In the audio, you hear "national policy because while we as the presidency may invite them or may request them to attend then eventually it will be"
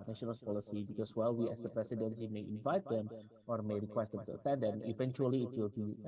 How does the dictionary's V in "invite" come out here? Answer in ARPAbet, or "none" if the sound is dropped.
V